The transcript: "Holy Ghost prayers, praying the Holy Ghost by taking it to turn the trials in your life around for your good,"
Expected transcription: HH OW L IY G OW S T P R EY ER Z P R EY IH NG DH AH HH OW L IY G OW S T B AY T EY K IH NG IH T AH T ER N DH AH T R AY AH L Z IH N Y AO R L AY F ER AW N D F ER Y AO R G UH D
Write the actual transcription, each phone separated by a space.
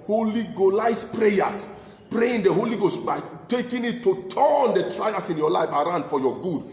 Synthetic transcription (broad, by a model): HH OW L IY G OW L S P R EY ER S P R EY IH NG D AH HH OW L IY G OW S T B AY T EY K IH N IH T AH T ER N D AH T R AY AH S IH N Y AO L AY F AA AW N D F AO Y AO G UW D